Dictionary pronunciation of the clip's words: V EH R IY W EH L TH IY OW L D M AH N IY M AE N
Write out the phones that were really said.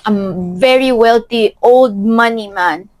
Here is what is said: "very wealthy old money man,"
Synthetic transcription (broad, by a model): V EH R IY W EH L T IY OW L D M AH N IY M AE N